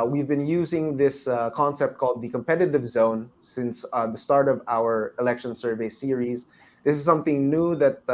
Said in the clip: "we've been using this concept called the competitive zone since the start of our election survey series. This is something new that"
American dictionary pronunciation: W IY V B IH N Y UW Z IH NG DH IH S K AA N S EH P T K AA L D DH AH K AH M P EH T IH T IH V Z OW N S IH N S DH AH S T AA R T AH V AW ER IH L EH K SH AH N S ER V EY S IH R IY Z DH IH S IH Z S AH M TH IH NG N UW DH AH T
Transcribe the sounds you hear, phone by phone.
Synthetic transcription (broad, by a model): W IY V B IH N Y UW Z IH NG DH IH S K AA N S EH P T K AA L D DH AH K AH M P EH T IH T IH V Z OW N S IH N S DH AH S T AA R T AH V AW ER IH L EH K SH AH N S ER V EY S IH R IY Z DH IH S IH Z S AH M TH IH NG N UW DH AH T